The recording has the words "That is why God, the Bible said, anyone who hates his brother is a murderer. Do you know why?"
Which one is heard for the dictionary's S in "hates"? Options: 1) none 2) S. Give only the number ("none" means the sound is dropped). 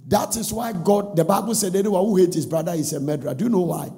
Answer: 1